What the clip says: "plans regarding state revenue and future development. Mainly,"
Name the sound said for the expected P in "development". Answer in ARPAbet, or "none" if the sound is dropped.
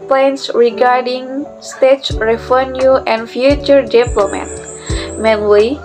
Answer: none